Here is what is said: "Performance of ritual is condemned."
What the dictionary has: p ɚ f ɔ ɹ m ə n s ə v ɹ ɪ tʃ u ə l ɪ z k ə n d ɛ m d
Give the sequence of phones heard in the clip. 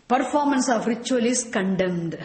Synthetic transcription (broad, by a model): p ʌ f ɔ ɹ m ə n s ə f ɹ ɪ tʃ u ə l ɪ s k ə n d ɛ m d